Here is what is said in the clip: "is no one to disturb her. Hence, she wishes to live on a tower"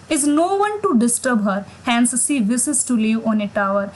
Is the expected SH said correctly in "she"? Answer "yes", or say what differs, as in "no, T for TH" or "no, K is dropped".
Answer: no, S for SH